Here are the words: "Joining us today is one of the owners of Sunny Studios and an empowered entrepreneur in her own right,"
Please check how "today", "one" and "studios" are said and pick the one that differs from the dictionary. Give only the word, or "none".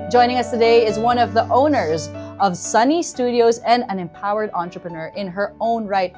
none